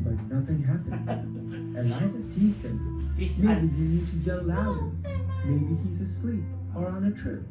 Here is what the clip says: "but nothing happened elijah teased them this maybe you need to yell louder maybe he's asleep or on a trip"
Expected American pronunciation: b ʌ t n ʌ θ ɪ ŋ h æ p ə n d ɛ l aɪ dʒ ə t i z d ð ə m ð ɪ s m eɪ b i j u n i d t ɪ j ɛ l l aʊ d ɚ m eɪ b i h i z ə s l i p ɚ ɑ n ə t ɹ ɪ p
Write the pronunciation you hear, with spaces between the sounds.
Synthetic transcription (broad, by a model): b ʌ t n ʌ θ ɪ ŋ h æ p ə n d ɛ aɪ z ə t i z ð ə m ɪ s m eɪ b i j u n i d t ɪ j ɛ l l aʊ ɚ m eɪ b i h i z ə s l i p ɚ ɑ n ə t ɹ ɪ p